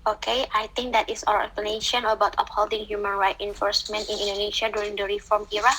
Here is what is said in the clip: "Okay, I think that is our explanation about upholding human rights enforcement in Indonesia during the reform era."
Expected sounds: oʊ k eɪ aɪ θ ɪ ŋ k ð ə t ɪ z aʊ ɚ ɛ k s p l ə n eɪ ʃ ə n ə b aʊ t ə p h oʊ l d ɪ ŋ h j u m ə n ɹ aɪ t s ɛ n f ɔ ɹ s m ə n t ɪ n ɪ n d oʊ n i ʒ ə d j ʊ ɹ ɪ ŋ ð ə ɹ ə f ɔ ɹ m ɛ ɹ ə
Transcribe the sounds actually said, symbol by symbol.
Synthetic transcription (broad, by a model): oʊ k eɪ aɪ t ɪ ŋ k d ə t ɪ s aʊ ɚ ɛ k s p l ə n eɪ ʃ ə n ə b aʊ t ə p h oʊ l d ɪ ŋ h j u m ə n ɹ aɪ t ɛ n f ɔ ɹ s m ə n t ɪ n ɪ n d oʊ n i ʃ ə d j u ɹ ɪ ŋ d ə ɹ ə f ɔ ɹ m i ɹ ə